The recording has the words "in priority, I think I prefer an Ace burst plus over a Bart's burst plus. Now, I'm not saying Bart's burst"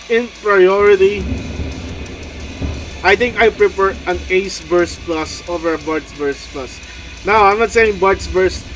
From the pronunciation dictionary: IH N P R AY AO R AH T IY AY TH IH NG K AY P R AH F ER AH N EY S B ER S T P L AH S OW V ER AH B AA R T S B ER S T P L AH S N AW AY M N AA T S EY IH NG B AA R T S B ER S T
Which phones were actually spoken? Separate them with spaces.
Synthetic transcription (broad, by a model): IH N P R AY AO R AH T IY AY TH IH NG K AY P R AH P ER AH N EY S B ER S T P L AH S OW V ER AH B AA R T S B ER S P L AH S N AW AY M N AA T S EY IH NG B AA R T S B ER S